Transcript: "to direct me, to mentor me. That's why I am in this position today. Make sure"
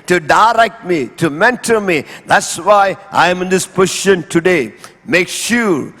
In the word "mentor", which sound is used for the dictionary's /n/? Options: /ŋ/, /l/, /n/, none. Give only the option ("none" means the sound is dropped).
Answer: /n/